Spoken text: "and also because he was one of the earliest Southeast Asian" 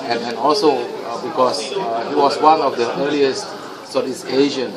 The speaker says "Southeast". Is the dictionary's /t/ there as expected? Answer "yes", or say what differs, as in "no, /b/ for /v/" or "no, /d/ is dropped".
no, /t/ is dropped